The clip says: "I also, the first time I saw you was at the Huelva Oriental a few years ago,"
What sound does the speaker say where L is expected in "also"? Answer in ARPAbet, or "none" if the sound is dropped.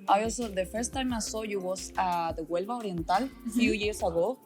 none